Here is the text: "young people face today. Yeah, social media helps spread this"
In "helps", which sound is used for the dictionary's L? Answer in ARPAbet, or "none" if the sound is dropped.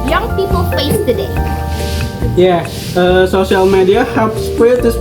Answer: none